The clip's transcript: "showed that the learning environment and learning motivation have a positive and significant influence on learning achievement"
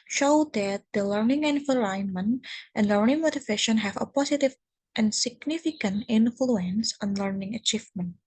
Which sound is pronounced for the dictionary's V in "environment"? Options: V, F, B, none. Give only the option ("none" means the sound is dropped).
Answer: F